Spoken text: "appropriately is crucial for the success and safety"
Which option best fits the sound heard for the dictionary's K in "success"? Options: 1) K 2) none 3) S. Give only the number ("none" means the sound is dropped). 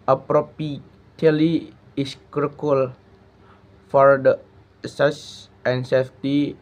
2